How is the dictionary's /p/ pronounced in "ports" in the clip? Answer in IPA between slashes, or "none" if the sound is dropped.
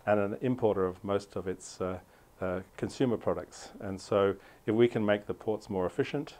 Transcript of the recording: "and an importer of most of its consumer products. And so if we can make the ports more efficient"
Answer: /p/